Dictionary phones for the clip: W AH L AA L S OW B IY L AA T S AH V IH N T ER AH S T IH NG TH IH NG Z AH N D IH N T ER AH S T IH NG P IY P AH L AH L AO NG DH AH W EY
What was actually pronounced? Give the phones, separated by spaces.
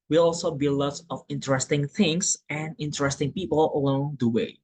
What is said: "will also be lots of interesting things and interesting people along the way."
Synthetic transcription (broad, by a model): W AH L AA L S OW B IY L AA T AH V IH N T ER AH S T IH NG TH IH NG S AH N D IH N T ER AH S T IH NG P IY P AH L AH L AO NG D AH W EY